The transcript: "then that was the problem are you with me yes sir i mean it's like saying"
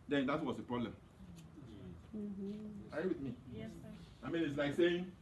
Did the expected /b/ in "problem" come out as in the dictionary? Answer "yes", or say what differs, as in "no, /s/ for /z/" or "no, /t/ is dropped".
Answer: yes